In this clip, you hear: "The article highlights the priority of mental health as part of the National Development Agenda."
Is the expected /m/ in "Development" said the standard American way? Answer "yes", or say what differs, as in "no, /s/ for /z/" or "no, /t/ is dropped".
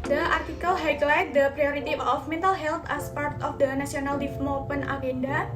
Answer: no, /m/ is dropped